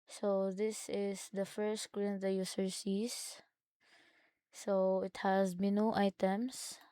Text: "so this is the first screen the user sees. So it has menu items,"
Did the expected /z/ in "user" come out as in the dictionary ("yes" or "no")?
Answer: no